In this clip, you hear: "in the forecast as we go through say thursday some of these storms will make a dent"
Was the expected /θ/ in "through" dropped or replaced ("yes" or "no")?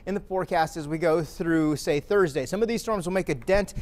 no